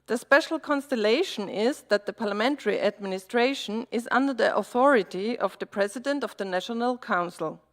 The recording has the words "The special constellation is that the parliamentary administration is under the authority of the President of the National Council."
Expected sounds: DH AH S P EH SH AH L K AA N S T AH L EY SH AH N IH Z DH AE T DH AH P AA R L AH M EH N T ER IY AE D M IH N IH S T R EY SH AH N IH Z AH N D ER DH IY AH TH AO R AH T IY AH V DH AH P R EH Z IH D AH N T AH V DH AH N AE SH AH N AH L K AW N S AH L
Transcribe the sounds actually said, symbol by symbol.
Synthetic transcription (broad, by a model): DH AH S P EH SH L K AA N S T AH L EY SH AH N IH Z DH AE T DH AH P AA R L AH M EH N T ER IY AE D M IH N IH S T R EY SH AH N IH Z AH N D ER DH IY AH TH AO R AH T IY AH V DH AH P R EH Z IH D AH N T AH V DH AH N AE SH AH N AH L K AW N S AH L